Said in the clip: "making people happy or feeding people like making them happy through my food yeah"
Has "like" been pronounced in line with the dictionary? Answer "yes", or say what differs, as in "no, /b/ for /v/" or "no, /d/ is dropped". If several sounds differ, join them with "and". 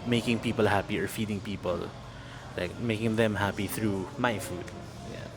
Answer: yes